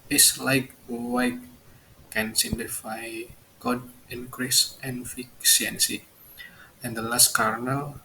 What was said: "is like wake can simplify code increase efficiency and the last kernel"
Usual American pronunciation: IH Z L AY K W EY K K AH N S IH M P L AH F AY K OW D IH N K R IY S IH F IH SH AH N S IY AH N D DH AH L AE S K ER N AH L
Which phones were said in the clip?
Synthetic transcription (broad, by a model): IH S L AY K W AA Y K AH N S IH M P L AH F AY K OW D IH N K R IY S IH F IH S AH N S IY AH N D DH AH L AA S K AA N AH L